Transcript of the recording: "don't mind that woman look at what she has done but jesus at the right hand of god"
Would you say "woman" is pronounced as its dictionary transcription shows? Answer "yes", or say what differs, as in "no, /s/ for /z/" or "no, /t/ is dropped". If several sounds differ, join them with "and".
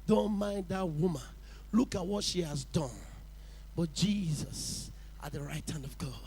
yes